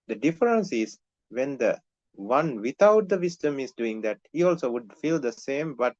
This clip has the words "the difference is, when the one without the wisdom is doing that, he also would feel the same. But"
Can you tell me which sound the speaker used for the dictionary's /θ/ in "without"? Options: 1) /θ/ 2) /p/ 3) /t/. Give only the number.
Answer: 3